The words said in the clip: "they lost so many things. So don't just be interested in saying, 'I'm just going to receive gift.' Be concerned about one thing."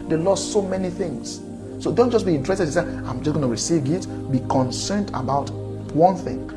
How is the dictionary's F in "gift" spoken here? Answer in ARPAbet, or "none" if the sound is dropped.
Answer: none